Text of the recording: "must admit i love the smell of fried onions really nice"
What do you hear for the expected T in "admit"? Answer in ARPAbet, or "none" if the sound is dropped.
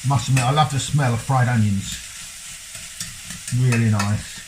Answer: none